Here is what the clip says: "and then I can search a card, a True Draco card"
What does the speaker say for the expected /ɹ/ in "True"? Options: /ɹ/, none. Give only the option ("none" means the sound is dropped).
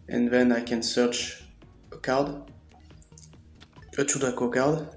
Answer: none